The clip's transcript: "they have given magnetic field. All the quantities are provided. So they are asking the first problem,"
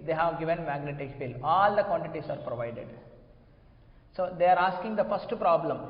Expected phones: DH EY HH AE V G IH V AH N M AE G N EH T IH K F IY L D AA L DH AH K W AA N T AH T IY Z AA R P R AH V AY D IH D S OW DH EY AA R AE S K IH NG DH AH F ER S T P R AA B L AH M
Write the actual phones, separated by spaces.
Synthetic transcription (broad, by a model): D EY HH AE V G IH V AH N M AE G N EH T IH K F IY L AA L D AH K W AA N T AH T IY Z AA R P R AH V AY D IH D S OW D EY AA R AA S K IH NG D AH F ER S T P R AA B L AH M